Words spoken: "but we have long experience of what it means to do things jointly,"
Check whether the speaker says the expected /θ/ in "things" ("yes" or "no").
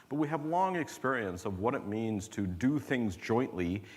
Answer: yes